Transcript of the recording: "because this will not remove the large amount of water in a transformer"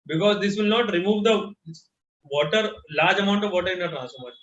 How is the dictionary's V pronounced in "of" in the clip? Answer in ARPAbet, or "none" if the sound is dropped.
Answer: V